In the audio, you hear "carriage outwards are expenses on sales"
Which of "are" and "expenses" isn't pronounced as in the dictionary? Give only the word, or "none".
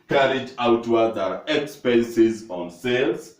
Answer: none